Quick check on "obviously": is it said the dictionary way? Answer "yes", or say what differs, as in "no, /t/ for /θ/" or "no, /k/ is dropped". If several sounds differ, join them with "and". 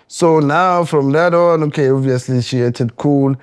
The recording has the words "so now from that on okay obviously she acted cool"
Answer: yes